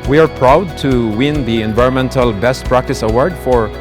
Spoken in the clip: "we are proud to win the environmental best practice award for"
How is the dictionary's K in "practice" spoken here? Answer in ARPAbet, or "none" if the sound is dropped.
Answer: K